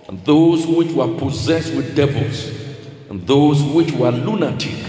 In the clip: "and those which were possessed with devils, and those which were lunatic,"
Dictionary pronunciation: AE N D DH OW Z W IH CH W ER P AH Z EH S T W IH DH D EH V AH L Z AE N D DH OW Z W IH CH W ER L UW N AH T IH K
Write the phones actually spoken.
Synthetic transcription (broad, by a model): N DH OW Z W IH CH W ER P AH Z EH S T W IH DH D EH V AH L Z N DH OW Z W IH CH W ER L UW N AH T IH